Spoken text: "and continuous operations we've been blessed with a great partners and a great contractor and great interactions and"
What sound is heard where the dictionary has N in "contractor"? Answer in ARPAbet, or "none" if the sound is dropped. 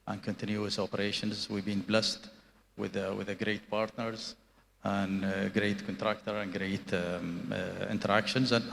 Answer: N